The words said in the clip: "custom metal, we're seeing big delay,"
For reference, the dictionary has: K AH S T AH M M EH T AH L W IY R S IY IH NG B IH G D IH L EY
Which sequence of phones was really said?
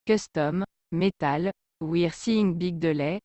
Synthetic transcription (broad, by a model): K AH S T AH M M EH T AH L W IY R S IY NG B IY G D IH L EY